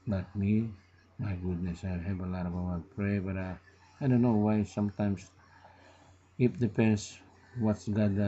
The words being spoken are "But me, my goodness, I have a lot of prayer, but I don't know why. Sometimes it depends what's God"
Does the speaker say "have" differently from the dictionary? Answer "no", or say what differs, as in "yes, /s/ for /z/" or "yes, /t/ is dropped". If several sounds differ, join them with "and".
yes, /b/ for /v/